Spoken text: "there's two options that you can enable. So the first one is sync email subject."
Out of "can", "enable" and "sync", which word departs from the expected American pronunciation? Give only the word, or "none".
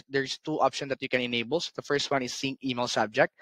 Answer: sync